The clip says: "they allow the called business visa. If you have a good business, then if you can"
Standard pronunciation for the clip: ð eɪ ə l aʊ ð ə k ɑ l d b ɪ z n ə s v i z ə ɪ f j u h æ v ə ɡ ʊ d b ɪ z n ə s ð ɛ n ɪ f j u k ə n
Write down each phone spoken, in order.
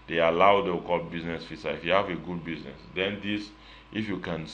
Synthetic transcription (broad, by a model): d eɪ ə l aʊ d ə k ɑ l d b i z n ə s f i s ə ɪ f j u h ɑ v ə ɡ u d b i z n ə s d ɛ n ɪ f j u k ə n